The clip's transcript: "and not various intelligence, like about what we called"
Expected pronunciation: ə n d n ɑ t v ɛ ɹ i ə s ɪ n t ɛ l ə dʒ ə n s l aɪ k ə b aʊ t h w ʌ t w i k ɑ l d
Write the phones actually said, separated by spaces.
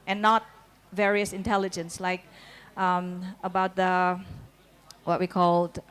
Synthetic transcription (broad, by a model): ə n n ɑ t v ɛ ɹ i ə s ɪ n t ɛ l ə dʒ ə n s l aɪ k ə b aʊ t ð w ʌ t w i k ɑ l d